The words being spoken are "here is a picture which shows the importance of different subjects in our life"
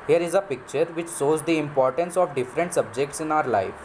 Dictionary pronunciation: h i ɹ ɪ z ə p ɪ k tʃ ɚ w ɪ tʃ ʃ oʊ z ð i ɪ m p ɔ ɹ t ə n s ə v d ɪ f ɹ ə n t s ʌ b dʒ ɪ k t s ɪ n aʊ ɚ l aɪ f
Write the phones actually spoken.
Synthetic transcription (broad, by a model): h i ɹ ɪ z ə p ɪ k tʃ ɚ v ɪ tʃ s oʊ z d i ɪ m p ɔ ɹ t ə n s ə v d ɪ f ɹ ə n t s ʌ b dʒ ɪ k t s ɪ n aʊ ɚ l aɪ f